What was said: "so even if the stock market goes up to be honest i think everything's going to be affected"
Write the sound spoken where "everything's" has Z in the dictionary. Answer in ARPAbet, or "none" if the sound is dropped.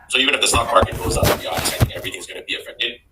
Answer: Z